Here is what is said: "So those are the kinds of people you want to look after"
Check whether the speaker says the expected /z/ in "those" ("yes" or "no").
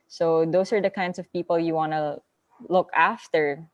no